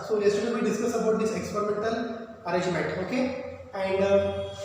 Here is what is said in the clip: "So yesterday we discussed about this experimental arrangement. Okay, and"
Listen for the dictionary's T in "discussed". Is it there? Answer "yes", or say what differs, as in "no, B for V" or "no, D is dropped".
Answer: no, T is dropped